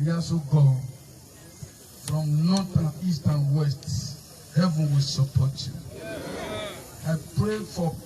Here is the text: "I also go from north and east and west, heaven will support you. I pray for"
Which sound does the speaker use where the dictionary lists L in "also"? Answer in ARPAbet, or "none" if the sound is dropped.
none